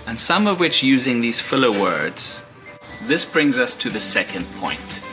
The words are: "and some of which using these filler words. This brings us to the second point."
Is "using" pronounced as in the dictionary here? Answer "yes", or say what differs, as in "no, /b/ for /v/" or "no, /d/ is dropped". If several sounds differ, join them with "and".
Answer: yes